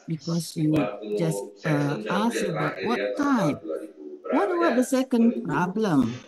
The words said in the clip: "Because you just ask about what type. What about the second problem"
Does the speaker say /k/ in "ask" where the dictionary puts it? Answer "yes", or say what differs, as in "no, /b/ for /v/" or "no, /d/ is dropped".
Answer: no, /k/ is dropped